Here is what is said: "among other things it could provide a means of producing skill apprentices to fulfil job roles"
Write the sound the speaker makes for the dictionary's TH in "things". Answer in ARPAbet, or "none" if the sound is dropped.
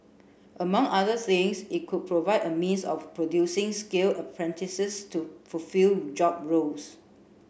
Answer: S